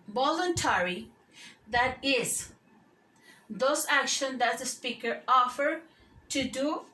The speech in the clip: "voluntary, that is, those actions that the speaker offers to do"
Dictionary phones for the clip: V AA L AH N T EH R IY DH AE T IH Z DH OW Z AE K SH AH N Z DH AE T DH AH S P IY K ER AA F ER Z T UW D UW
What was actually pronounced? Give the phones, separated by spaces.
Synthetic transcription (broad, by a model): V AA L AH N T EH R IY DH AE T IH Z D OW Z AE K SH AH N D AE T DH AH S P IY K ER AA F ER T UW D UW